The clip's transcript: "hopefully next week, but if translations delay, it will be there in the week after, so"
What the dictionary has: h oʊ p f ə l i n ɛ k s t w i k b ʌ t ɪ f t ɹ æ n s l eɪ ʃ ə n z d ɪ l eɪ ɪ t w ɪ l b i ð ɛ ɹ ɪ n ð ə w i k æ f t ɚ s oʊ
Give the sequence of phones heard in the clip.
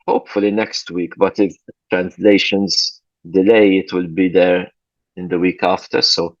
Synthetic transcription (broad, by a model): h oʊ p f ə l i n ɛ k s t w i k b ʌ t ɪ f t ɹ æ n s l eɪ ʃ ə n z d ɪ l eɪ ɪ t w ɪ l b i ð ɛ ɹ ɪ n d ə w i k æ f t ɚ s oʊ